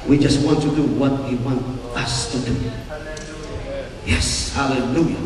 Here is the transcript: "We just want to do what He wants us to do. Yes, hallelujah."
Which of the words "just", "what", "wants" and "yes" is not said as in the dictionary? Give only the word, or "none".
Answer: wants